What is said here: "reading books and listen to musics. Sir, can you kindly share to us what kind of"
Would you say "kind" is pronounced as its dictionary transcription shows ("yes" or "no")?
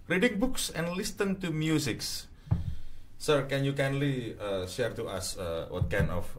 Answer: no